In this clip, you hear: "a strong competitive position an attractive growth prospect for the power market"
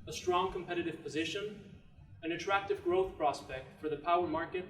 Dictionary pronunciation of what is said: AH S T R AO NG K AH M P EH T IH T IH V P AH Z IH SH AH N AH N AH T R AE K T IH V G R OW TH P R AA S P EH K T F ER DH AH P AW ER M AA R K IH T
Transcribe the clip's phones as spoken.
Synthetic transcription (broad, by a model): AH S T R AO NG K AH M P EH T IH T IH V P AH Z IH SH AH N AH N AH T R AE K T IH V G R OW TH P R AA S P EH K T F ER DH AH P AW ER M AA R K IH T